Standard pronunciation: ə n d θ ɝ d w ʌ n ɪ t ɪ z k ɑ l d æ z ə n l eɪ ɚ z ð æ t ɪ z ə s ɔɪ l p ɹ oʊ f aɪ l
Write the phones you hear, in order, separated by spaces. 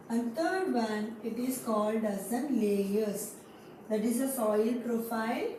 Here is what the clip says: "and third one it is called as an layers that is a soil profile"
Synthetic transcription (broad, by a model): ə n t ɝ d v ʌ n ɪ t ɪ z k ɑ l d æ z ə n l eɪ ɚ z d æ t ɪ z ə s ɔɪ l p ɹ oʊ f aɪ l